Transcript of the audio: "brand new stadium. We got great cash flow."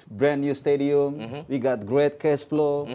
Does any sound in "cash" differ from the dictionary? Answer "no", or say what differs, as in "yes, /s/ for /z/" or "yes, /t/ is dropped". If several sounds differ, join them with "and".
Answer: yes, /s/ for /ʃ/